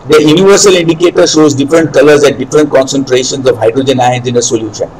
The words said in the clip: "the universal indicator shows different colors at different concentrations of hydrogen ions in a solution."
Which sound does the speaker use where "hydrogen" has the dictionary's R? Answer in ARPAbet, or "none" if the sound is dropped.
R